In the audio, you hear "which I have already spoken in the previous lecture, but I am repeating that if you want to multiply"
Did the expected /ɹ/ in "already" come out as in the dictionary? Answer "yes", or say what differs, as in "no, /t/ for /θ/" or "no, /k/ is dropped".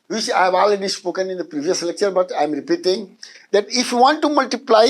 yes